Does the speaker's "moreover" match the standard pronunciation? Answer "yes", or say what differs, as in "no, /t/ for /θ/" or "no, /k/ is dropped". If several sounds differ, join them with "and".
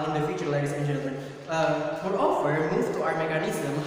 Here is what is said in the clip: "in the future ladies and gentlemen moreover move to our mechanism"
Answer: no, /f/ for /v/